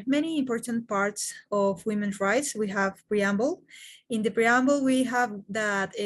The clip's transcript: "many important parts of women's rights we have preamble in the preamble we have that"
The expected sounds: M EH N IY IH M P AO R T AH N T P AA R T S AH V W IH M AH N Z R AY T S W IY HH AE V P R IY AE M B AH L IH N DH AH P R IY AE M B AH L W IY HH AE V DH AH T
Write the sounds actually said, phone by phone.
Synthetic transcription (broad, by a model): M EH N IY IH M P AO R T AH N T P AA R T S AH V W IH M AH N R AY T S W IY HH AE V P R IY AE M B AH L IH N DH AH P R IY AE M B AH L W IY HH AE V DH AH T